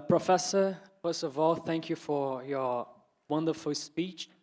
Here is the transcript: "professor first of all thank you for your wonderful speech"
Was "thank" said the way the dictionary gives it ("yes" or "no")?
yes